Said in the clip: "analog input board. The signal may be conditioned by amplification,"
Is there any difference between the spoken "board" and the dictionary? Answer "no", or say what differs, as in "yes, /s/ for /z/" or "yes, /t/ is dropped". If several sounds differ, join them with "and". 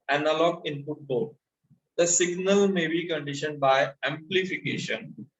yes, /l/ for /ɹ/